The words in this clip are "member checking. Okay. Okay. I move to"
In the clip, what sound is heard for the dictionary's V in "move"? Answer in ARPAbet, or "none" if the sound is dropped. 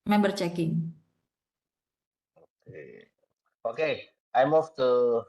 F